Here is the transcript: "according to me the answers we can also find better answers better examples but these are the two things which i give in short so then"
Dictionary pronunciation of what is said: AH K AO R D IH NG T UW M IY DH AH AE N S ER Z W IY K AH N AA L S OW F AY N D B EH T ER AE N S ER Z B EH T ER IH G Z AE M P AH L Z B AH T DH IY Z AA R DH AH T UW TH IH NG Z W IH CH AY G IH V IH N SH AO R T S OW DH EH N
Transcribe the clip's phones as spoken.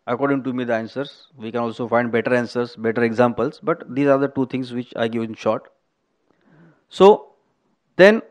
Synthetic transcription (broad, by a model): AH K AO R D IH NG T UW M IY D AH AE N S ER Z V IY K AH N AA L S OW F AY N D B EH T ER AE N S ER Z B EH T ER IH G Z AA M P AH L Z B AH T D IY Z AA R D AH T UW T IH NG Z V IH CH AY G IH V IH N SH AO R T S OW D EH N